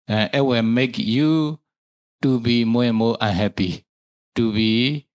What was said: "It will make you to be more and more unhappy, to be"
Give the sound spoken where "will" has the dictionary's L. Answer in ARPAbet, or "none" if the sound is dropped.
W